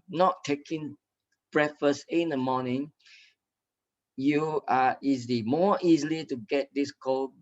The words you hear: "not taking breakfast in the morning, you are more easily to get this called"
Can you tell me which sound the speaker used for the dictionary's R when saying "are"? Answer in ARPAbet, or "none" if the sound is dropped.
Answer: L